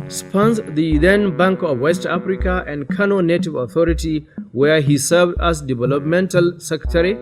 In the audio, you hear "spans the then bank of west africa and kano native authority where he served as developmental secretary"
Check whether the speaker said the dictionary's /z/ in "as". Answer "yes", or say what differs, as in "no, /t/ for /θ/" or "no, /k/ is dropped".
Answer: no, /s/ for /z/